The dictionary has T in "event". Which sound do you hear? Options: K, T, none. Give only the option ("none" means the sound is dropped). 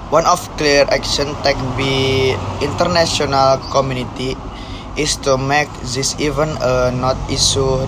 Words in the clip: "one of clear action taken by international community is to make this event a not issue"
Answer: none